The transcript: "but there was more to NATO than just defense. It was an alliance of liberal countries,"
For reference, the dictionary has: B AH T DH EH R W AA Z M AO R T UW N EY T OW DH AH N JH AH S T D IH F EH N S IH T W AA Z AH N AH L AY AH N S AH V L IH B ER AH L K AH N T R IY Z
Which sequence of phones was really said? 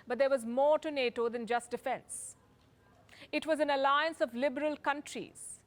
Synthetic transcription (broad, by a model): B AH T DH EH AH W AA Z M AO R T UW N EY T OW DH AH N JH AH S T D IH F EH N S IH T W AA Z AH N AH L AY AH N S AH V L IH B ER AH L K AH N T R IY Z